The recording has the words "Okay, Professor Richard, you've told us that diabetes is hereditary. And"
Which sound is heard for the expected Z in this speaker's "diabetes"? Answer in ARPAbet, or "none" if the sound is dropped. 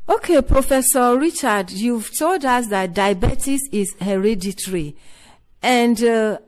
S